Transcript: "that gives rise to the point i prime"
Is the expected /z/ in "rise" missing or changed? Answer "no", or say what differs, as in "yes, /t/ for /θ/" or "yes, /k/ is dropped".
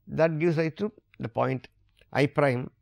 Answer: yes, /z/ is dropped